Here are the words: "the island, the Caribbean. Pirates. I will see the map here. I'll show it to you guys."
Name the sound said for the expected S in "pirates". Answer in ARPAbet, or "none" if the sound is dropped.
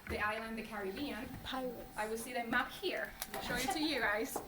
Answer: none